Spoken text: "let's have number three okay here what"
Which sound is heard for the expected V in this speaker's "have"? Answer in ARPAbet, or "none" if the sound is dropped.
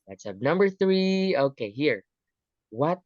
P